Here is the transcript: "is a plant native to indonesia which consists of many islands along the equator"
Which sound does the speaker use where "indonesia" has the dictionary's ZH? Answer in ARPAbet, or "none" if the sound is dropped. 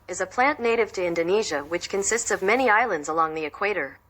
ZH